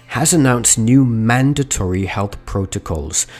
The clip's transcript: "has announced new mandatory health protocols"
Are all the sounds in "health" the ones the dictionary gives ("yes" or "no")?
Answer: yes